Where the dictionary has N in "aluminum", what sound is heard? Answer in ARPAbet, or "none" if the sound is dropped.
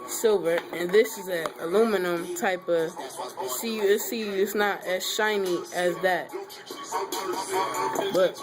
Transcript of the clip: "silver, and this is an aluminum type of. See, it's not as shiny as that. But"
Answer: N